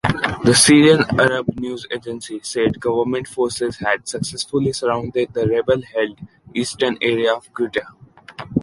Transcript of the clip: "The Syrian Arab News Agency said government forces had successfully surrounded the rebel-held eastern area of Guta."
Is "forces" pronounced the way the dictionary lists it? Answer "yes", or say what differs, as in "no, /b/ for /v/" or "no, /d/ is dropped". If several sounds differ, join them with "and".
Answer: yes